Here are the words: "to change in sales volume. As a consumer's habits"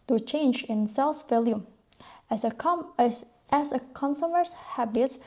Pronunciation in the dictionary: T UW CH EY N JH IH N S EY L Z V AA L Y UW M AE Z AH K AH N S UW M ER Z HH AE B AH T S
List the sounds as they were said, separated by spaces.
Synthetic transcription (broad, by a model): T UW CH EY N JH IH N S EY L S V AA L Y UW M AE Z AH K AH N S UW M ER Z HH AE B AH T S